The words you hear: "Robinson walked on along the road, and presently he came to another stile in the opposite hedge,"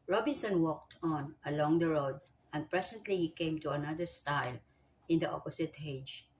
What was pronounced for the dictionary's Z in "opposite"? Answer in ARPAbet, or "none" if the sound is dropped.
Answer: S